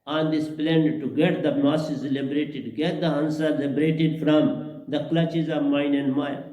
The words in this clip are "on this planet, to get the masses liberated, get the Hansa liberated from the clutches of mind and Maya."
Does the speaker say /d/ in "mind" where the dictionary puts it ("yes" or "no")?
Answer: no